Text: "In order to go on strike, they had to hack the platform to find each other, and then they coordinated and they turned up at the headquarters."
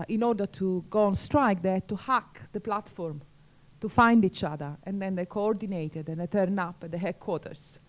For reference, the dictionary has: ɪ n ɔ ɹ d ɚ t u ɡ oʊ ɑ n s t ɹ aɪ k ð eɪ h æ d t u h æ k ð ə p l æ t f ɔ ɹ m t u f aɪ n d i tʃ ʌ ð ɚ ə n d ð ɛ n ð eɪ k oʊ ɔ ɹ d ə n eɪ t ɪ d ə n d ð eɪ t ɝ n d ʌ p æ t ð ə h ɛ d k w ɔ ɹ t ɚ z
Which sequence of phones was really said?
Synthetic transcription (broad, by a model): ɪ n ɔ ɹ d ɚ t u ɡ oʊ ɑ n s t ɹ aɪ k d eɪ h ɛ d t u h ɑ k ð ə p l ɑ t f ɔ ɹ m t u f aɪ n d i tʃ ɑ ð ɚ ə n d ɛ n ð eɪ k oʊ ɔ ɹ d ə n eɪ t ɪ d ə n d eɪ t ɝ n ʌ p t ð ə h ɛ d k w ɔ t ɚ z